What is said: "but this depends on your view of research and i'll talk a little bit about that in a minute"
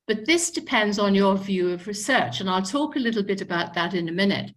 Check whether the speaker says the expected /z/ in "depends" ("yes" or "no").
yes